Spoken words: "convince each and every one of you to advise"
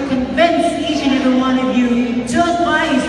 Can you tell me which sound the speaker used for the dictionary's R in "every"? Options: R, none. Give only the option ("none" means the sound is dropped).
none